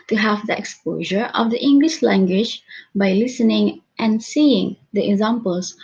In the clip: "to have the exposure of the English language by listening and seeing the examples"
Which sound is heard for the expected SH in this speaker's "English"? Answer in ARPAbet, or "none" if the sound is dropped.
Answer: SH